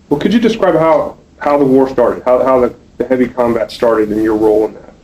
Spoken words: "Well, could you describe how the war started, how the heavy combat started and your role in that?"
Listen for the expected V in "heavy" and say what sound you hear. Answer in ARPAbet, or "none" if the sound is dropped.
V